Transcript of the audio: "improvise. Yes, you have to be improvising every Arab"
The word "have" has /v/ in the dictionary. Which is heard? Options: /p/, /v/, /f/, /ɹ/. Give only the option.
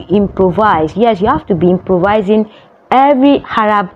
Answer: /f/